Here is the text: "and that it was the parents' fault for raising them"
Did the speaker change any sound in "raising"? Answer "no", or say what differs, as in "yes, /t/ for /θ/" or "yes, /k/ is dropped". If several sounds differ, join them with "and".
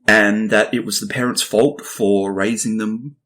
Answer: no